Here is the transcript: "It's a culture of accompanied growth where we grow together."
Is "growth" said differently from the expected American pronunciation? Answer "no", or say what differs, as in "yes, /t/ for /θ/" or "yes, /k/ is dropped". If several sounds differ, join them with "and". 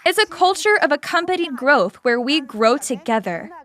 no